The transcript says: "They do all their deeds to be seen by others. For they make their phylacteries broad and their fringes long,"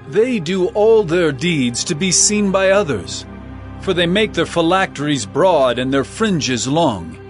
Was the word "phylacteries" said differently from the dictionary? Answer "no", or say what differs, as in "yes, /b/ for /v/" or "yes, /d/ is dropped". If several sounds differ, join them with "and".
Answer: no